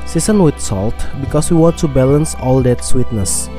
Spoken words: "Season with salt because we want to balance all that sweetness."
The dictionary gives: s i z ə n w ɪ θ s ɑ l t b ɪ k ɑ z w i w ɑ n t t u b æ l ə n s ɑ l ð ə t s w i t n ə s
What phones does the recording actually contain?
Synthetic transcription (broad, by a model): s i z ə n w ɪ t s ɑ l t b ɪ k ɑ s w i w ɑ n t t u b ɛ l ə n s ɑ l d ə t s w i t n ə s